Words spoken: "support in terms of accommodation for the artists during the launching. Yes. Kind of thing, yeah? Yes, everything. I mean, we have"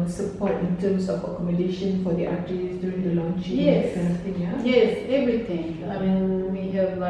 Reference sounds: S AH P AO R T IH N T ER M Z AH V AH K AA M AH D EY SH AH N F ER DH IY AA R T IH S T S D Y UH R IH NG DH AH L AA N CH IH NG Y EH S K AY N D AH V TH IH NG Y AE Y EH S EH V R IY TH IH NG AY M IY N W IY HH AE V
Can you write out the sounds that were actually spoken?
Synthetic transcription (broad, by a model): S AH P AO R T IH N T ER M S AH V AH K AA M AH D EY SH AH N F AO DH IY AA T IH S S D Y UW R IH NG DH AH L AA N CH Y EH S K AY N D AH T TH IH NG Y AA Y EH S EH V R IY T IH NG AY M IY N W IY HH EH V